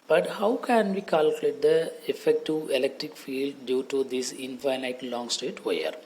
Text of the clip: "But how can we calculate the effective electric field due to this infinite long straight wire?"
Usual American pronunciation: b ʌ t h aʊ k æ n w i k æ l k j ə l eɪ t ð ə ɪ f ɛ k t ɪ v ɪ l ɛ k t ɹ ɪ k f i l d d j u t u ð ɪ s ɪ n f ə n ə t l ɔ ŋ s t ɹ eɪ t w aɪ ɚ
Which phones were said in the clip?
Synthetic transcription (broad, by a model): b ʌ t h aʊ k æ n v i k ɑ l k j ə l eɪ t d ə ɪ f ɛ k t ɪ v ɪ l ɛ k t ɹ ɪ k f i l d d j u t u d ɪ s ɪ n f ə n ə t l ɔ ŋ s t eɪ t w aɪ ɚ